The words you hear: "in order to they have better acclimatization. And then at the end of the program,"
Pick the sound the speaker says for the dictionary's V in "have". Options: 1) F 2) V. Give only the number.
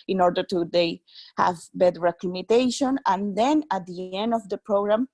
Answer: 2